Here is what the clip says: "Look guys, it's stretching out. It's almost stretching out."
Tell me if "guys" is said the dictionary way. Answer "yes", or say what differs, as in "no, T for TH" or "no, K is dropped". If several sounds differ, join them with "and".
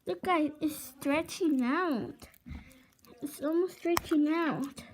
no, Z is dropped